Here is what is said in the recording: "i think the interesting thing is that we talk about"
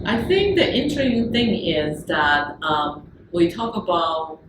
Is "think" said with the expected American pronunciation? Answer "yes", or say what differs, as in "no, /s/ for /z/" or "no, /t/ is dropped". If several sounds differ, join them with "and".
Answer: yes